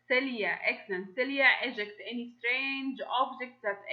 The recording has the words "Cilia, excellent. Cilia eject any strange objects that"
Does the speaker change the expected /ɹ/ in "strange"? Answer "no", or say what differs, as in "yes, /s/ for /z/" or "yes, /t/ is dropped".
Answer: no